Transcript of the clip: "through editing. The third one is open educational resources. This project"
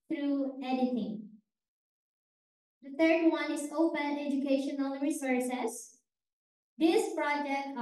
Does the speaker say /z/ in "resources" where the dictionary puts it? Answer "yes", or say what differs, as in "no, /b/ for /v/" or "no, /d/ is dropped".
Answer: no, /s/ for /z/